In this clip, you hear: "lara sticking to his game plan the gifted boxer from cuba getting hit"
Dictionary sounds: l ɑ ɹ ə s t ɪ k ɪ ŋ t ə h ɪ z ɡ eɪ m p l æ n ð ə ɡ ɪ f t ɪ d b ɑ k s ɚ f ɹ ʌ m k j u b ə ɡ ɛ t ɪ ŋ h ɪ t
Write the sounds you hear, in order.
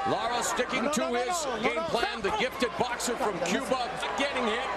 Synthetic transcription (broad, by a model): l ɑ ɹ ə s t ɪ k ɪ ŋ t ə ɪ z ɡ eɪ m p l æ n ð ə ɡ ɪ f t ɪ d b ɑ k s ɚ f ɹ ʌ m k j u b ə ɡ ɛ t ɪ ŋ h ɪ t